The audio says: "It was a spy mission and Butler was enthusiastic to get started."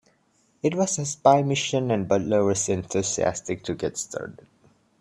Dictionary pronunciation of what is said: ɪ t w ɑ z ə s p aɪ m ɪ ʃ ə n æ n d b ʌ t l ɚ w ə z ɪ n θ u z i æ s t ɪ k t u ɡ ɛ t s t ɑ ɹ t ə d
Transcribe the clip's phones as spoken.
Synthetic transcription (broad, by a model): ɪ t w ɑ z ə s p aɪ m ɪ ʃ ə n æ n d b ʌ t l ɚ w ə s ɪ n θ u s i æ s t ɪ k t u ɡ ɛ t s t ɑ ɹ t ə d